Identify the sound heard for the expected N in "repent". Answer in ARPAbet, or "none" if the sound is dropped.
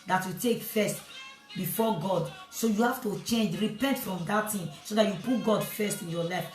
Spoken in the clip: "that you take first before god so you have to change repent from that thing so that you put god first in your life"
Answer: N